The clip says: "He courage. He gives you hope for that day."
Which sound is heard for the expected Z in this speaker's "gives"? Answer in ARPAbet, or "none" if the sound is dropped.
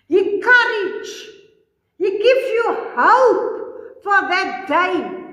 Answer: none